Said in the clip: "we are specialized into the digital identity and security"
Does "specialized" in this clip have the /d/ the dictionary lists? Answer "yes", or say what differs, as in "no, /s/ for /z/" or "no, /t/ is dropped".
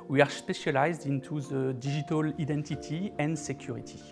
yes